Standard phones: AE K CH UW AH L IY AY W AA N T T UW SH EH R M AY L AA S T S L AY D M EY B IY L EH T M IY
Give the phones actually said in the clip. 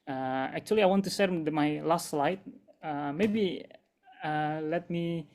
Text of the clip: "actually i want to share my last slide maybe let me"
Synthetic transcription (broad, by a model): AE K CH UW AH L IY AY W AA N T T UW S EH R M AY L AA S T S L AY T M EY B IY L EH T M IY